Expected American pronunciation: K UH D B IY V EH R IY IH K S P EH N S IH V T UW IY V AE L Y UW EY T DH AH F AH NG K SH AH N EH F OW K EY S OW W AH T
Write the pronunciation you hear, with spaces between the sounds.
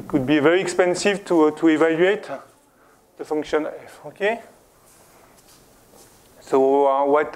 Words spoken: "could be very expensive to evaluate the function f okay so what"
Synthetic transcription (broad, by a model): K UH D B IY V EH R IY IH K S P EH N S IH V T UW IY V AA L Y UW EY T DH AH F AH NG K SH AH N EH F OW K EY S OW W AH T